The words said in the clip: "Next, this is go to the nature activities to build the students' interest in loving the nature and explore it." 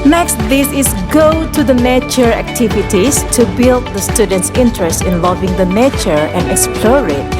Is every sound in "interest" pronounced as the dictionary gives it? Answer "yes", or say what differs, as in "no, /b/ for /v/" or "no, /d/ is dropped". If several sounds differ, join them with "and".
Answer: yes